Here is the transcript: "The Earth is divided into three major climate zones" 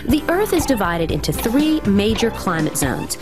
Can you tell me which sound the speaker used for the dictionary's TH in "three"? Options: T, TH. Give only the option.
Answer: TH